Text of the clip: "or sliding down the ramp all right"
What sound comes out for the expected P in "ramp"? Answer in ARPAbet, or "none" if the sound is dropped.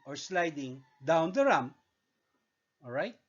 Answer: none